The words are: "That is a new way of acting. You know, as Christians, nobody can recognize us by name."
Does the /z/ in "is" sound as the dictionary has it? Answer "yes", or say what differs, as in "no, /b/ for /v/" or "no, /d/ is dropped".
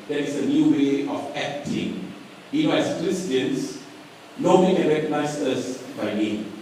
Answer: no, /s/ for /z/